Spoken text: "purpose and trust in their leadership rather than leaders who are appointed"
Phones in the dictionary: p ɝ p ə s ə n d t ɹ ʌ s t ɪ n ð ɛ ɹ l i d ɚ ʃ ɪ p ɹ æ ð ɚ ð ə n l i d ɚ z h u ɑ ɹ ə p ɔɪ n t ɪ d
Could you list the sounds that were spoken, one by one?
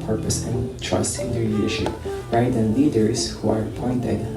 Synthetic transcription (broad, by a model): p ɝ p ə s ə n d t ɹ ʌ s t ɪ n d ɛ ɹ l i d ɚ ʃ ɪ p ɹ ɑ ɪ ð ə n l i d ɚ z h u ɑ ɹ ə p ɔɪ n t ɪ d